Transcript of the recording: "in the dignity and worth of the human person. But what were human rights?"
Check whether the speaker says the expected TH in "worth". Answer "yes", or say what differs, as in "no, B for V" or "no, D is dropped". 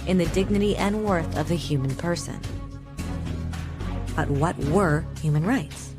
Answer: yes